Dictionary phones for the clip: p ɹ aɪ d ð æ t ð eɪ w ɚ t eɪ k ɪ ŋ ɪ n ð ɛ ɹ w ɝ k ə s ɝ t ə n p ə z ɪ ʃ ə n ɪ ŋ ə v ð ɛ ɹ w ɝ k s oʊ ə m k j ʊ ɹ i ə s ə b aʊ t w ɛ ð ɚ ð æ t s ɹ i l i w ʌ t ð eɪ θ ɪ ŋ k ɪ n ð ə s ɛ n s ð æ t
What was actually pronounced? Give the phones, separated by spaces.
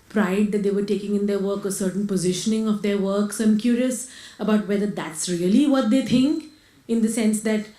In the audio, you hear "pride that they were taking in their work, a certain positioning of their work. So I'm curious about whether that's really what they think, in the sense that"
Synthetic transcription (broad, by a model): p ɹ aɪ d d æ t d eɪ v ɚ t eɪ k ɪ ŋ ɪ n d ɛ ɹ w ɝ k ə s ɝ t ə n p ə z ɪ ʃ ə n ɪ ŋ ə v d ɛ ɹ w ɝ k s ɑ ə m k j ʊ ɹ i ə s ə b aʊ t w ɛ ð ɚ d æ t s ɹ i l i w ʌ t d eɪ t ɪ ŋ k ɪ n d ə s ɛ n s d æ t